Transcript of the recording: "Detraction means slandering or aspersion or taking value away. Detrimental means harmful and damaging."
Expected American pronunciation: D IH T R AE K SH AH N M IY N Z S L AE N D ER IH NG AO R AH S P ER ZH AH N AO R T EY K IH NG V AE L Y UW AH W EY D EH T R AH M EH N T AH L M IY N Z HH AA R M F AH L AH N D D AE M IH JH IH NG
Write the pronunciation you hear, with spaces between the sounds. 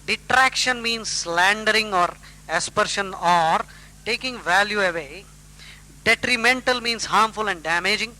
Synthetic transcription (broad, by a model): D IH T R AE K SH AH N M IY N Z S L AE N D ER IH NG AO R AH S P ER SH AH N AO R T EY K IH NG V AE L Y UW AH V EY D EH T R AH M EH N T AH L M IY N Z HH AA R M F AH L AH N D D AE M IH JH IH NG